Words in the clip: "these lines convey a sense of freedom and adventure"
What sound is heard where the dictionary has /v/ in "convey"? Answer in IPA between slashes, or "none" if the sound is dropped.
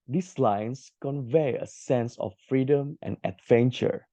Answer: /v/